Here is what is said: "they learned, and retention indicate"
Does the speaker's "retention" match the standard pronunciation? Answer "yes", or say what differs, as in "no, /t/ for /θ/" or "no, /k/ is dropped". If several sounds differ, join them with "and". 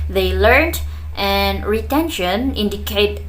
yes